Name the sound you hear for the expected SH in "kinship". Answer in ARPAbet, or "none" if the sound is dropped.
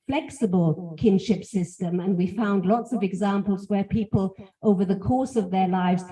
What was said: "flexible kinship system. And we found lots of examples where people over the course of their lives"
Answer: SH